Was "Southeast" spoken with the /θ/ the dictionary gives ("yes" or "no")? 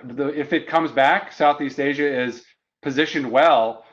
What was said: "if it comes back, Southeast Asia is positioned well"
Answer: yes